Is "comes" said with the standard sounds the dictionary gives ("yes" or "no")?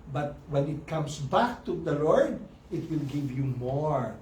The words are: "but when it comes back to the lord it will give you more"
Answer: no